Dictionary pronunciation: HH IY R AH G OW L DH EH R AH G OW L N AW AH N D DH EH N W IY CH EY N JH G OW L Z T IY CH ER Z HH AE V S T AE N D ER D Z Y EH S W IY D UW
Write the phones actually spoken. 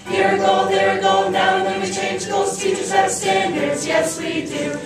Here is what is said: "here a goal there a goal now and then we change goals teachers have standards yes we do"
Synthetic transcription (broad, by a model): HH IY R AH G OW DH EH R AH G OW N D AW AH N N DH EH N W IY CH EY N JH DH OW Z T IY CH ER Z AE S T AE N D ER D Z Y EH S W IY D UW